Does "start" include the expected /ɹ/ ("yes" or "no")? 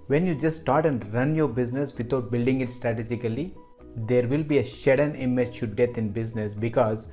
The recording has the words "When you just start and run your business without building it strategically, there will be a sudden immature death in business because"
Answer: yes